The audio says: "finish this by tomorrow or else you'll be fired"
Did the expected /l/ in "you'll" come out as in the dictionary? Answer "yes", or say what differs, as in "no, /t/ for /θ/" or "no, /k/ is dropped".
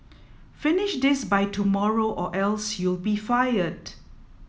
yes